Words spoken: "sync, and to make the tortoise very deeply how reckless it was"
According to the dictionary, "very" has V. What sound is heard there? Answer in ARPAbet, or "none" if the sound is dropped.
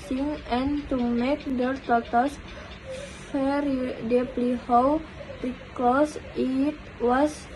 F